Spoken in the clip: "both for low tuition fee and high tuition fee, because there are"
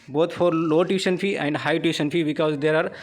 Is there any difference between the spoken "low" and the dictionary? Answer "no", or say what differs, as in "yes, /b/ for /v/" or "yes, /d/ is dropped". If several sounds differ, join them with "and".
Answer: no